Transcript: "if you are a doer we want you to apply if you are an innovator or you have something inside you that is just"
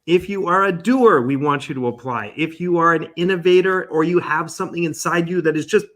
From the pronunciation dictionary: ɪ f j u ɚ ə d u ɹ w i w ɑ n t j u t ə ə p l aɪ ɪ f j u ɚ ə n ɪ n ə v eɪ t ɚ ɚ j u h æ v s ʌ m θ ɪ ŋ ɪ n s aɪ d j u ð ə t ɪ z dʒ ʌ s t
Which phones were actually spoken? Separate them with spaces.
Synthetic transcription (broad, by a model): ɪ f j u ɚ ə d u ɹ w i w ɑ n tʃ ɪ t ə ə p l aɪ ɪ f j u ɚ ə n ɪ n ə v eɪ t ɚ ɚ j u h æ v s ʌ m θ ɪ ŋ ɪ n s aɪ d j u ð ə t ɪ z dʒ ʌ s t